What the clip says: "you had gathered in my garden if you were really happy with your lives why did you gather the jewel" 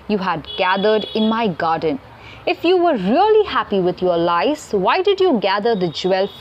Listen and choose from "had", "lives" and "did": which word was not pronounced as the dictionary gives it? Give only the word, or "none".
lives